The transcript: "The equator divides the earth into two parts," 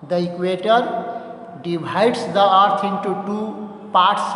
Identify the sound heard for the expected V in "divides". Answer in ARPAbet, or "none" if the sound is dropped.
B